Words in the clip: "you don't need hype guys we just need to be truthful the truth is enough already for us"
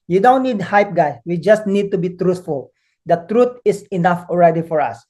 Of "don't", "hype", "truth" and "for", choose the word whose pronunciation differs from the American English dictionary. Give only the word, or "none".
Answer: truth